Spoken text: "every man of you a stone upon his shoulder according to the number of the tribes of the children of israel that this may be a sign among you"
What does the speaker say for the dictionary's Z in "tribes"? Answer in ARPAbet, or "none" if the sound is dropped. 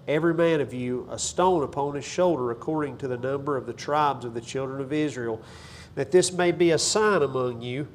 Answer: Z